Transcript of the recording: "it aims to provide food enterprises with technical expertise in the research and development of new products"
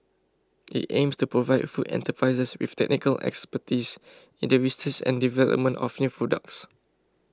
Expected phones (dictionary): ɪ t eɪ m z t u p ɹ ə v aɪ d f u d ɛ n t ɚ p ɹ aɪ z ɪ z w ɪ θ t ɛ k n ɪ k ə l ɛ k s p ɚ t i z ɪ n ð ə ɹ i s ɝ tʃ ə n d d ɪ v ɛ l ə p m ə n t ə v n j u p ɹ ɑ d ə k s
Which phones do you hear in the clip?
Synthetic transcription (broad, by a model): ɪ t eɪ m s t u p ɹ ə v aɪ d f u d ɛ n t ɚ p ɹ aɪ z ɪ s w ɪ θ t ɛ k n ɪ k ə l ɛ k s p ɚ t i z ɪ n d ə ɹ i s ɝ s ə n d d ɪ v ɛ l ə p m ə n t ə f n j u p ɹ ɑ d ə k s